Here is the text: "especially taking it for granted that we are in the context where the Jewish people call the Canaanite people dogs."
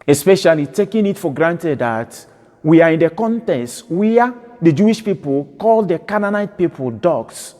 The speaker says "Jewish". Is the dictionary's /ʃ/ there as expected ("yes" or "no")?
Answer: yes